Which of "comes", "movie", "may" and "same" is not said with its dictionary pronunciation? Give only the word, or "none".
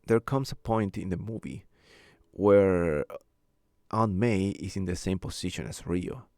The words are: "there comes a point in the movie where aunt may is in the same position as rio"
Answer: comes